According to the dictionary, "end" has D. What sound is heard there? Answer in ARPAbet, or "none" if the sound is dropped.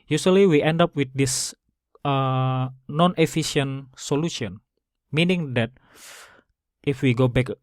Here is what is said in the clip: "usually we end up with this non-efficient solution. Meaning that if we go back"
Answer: D